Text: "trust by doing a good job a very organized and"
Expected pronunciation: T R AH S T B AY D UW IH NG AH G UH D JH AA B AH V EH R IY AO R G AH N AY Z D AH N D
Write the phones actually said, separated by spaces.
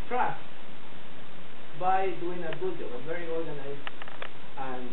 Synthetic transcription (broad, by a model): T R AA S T B AY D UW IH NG AH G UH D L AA AH V EH R IY AO R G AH N AY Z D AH N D